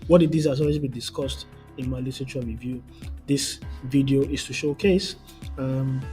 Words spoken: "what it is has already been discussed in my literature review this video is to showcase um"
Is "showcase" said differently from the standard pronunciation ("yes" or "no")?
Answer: no